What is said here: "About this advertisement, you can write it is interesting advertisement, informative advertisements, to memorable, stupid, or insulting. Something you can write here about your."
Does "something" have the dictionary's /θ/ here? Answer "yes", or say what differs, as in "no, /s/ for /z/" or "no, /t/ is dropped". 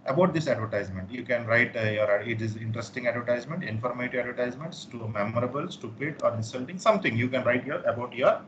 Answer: no, /t/ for /θ/